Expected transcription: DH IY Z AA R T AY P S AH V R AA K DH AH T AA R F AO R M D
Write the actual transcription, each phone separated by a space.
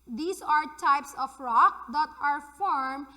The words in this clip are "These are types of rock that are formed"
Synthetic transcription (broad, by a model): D IY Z AA R T AY P S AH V R AA K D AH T AA R F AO R M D